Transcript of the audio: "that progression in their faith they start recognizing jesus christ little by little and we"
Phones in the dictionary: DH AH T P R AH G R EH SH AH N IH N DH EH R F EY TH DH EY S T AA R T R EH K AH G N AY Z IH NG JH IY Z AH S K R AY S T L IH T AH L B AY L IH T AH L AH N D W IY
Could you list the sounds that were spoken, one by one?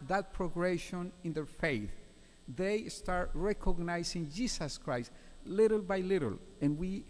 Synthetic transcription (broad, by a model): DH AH T P R AH G R EH SH AH N IH N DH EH R F EY TH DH EY S T AA R T R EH K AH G N AY S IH NG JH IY S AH S K R AY S T L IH T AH L B AY L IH T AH L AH N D W IY